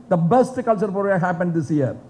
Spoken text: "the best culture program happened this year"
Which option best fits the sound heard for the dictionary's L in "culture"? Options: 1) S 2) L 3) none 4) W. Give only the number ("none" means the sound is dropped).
2